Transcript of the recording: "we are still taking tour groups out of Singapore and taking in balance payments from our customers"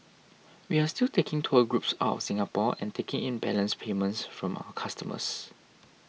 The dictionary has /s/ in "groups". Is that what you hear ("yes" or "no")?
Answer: yes